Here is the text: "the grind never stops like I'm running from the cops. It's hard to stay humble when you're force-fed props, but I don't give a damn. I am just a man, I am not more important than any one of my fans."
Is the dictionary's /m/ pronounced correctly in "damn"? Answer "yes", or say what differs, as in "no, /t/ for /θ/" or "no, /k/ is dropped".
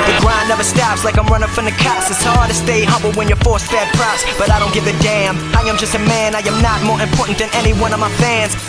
yes